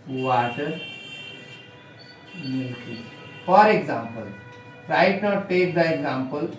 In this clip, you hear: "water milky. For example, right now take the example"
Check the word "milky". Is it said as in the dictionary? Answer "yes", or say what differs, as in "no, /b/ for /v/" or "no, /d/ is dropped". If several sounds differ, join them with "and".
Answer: no, /l/ is dropped